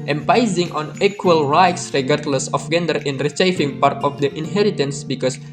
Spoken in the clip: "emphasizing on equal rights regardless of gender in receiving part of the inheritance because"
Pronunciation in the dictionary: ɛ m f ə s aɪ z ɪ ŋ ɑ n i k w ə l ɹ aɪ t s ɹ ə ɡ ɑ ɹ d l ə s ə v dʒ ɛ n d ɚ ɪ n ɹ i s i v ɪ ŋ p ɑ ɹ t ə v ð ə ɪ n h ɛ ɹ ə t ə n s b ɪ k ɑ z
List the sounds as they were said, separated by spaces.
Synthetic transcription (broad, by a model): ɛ m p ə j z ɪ ŋ ɑ n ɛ k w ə l ɹ aɪ t s ɹ ə ɡ ɑ ɹ d l ə s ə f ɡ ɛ n d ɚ ɪ n ɹ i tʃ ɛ f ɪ ŋ p ɑ ɹ t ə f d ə ɪ n h ɛ ɹ ə t ə n s b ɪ k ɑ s